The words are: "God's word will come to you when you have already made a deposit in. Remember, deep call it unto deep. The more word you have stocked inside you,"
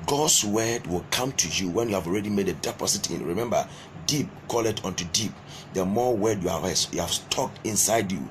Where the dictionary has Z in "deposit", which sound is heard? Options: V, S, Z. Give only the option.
S